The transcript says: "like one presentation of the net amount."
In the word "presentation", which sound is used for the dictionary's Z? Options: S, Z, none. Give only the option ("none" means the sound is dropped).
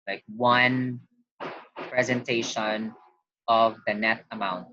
Z